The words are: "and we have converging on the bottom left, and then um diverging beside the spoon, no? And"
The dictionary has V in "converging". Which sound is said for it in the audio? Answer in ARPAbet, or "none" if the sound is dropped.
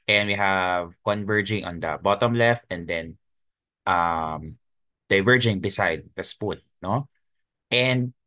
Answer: V